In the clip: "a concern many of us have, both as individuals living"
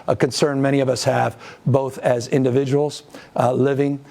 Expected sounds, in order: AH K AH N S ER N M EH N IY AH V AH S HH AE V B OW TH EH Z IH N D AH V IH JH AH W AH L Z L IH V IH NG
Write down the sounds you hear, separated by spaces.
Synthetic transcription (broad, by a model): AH K AH N S ER N M EH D IY AH V AH S HH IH V B OW TH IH Z IH N D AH V IH JH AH W L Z L IH V IH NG